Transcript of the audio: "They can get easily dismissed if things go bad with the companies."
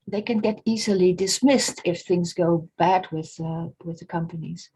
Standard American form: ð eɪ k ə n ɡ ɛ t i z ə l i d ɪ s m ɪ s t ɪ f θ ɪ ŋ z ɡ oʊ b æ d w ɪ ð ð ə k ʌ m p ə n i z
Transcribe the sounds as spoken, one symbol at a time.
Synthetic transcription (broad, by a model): ð eɪ k ə n ɡ ɛ t i z ə l i d ɪ s m ɪ s t ɪ f θ ɪ ŋ z ɡ oʊ b æ d w ɪ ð ð ə k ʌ m p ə n i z